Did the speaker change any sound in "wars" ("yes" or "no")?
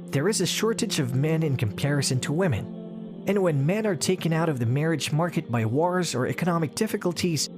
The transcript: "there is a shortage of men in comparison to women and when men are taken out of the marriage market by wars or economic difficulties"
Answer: no